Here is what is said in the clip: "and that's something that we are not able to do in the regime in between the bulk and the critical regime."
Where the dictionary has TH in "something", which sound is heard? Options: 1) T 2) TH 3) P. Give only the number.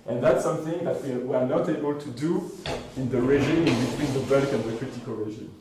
2